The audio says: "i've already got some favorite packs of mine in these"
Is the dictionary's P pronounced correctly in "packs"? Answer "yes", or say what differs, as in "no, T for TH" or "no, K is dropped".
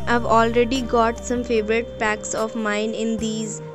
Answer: yes